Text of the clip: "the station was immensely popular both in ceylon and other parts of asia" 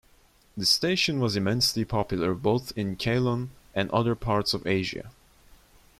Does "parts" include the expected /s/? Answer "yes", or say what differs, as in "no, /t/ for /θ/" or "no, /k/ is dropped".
yes